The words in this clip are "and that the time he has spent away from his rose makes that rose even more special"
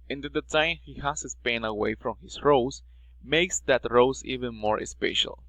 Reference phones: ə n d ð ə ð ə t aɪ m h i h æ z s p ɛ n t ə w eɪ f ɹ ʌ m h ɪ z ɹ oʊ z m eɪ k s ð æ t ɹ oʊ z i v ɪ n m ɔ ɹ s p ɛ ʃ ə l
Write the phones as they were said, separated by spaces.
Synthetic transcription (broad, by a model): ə n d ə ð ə t aɪ m h i h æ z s p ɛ n ə w eɪ f ɹ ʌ m h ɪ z ɹ oʊ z m eɪ k s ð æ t ɹ oʊ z i v ɪ n m ɔ ɹ s p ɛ ʃ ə l